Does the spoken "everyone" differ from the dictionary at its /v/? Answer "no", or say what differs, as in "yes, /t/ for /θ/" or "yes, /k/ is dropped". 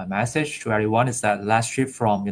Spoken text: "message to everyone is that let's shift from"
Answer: yes, /v/ is dropped